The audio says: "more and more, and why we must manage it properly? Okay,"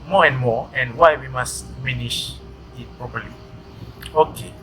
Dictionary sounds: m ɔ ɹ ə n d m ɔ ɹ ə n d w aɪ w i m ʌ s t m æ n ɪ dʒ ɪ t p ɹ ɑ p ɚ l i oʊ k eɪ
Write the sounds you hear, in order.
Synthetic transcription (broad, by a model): m ɔ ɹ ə n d m ɔ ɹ ə n d w aɪ w i m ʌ s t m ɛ n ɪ ʃ ɪ t p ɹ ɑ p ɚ l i oʊ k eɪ